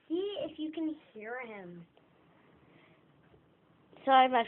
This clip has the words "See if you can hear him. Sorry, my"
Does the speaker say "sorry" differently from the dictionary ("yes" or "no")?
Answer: yes